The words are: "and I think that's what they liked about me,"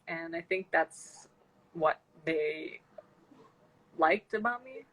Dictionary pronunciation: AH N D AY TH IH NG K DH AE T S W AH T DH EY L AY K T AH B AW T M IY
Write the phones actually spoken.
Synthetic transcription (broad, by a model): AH N AY TH IH NG K DH AE T S W AH T DH EY L AY K T AH B AW T M IY